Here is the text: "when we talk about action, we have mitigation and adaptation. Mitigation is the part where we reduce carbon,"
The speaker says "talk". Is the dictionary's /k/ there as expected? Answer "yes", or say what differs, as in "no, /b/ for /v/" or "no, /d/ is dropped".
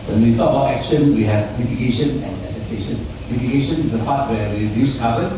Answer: no, /k/ is dropped